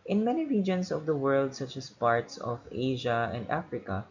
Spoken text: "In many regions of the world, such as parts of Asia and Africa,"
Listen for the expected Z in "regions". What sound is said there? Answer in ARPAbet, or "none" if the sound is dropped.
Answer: S